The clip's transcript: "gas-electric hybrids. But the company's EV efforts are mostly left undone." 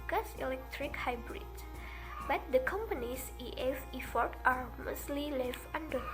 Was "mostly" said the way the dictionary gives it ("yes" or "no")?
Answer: yes